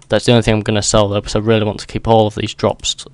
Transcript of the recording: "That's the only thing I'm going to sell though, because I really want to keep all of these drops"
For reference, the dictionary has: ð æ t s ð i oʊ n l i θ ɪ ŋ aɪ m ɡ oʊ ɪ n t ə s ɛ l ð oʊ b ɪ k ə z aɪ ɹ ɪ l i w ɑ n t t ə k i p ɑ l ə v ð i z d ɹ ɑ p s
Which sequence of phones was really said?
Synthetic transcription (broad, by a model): ð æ t s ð i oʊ n i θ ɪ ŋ aɪ m ɡ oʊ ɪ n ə s ɛ l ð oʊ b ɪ ə ɹ ɪ l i w ɑ n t t ə k i p ɑ l ə v ð i z d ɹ ɑ p s